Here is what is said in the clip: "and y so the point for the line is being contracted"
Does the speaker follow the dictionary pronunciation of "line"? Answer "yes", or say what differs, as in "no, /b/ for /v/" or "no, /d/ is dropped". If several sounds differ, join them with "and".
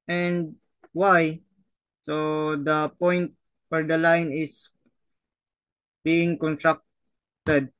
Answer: yes